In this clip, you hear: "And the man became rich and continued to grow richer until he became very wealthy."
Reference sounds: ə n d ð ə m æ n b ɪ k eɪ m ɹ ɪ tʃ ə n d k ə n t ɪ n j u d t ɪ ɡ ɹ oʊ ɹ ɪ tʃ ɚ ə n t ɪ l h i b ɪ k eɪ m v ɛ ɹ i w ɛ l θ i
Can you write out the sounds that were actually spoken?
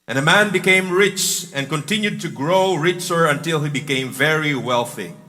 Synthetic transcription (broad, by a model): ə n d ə m æ n b ɪ k eɪ m ɹ ɪ tʃ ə n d k ə n t ɪ n j u d t ɪ ɡ ɹ oʊ ɹ ɪ tʃ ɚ ə n t ɪ l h i b ɪ k eɪ m v ɛ ɹ i w ɛ l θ i